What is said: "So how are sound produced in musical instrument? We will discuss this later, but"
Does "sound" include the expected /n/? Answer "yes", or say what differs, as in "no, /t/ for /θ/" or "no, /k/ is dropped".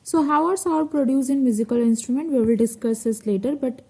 no, /n/ is dropped